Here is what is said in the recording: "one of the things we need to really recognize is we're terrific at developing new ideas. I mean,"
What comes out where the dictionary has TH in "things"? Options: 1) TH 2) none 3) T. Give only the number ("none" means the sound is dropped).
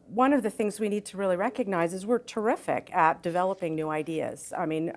1